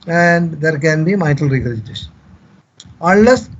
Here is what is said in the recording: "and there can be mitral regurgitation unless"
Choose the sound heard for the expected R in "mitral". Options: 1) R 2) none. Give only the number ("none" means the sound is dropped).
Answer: 2